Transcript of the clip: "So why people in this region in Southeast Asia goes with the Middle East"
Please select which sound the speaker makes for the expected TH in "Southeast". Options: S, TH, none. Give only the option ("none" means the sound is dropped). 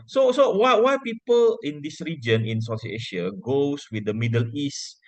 S